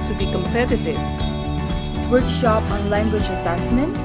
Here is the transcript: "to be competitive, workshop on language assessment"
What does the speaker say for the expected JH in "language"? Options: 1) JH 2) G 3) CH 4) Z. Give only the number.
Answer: 1